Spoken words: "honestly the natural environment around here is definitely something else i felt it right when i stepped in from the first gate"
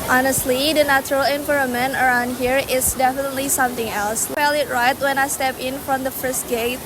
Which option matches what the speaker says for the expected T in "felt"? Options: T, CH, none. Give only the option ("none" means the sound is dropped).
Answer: none